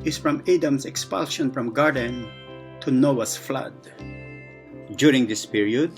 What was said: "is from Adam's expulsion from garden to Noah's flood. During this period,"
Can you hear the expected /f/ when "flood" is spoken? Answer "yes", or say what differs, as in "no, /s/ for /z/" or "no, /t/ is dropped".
yes